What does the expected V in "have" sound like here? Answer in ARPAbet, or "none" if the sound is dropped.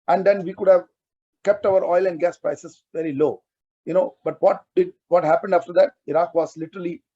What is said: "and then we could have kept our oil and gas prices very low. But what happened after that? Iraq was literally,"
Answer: V